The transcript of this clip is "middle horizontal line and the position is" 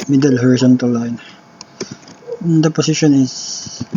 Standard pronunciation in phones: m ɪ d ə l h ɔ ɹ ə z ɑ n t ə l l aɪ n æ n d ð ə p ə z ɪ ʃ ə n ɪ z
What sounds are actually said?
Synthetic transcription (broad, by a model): m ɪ d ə l h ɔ ɹ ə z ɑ n t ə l l aɪ n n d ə p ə s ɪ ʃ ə n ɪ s